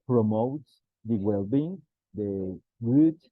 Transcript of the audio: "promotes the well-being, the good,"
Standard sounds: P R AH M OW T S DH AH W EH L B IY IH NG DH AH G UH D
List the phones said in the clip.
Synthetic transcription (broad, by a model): P R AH M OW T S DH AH W EH L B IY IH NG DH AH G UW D